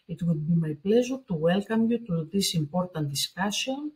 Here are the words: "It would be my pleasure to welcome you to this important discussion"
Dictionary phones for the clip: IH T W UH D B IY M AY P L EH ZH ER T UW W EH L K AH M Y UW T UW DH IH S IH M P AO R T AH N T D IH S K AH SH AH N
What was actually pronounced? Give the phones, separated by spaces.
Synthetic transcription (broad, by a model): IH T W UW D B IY M AY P L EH Z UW T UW W EH L K AH M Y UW T UW DH IH S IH M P AO R T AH N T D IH S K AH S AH N